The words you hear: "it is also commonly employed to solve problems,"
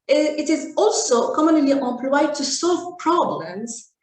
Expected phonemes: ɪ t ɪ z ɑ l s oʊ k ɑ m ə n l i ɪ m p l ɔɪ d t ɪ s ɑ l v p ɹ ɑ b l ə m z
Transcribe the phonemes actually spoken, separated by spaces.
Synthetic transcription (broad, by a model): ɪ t ɪ z ɑ l s oʊ k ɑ m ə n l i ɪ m p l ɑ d t ɪ s ɑ l v p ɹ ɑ b l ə m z